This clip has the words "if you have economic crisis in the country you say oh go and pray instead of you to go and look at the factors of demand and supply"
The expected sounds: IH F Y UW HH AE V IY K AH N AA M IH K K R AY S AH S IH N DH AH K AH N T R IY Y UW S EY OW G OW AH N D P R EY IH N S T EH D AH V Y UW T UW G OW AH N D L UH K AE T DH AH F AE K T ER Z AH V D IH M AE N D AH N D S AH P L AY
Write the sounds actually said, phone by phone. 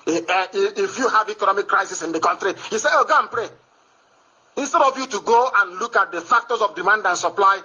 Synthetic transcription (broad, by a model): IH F Y UW HH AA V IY K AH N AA M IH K K R AY S AH S IH N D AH K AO N T R IY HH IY S EY OW G OW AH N P R EY IH N S T EH D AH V Y UW T UW G OW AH N L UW K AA T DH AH F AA K T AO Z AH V D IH M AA N D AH N S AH P L AY